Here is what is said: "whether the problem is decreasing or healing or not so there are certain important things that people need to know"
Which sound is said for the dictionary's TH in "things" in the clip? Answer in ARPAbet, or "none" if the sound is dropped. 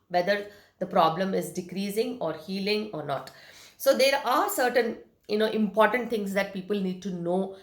T